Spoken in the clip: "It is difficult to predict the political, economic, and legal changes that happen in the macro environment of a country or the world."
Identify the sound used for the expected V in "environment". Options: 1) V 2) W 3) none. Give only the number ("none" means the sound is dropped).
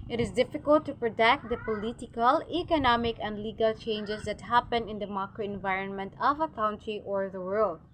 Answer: 1